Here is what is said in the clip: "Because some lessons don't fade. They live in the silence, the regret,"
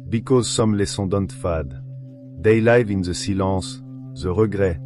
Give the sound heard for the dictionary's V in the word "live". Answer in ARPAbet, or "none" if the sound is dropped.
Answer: V